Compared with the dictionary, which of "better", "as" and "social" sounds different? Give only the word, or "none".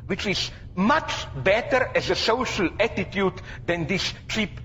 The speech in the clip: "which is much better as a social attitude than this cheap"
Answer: none